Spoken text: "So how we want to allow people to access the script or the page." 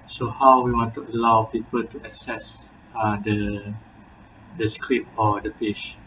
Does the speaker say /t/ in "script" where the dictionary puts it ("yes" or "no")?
no